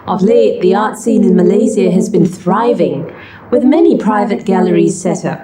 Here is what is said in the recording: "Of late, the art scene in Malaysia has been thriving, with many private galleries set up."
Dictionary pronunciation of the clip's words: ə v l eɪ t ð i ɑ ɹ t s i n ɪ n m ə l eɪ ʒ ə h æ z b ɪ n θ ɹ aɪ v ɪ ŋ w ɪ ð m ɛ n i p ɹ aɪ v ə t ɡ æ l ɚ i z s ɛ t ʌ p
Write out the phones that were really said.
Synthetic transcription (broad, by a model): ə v l eɪ t ð i ɑ ɹ t s i n ɪ n m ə l eɪ z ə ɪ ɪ z b ɪ n θ ɹ aɪ v ɪ ŋ w ɪ ð m ɛ n i p ɹ aɪ v ə t ɡ æ l ɚ i z s ɛ t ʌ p